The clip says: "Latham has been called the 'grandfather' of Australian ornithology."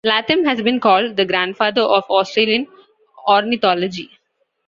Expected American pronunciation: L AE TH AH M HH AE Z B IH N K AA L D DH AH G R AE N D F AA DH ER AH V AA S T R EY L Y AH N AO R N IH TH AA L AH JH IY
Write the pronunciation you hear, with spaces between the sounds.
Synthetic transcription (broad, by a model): L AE T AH M HH AE Z B IH N K AA L D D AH G R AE N D F AA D ER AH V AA S T R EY L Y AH N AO R N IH T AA L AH JH IY